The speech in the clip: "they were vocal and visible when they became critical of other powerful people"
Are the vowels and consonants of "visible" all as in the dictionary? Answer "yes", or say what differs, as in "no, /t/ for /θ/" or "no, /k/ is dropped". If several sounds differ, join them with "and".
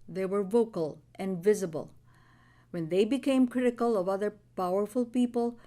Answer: yes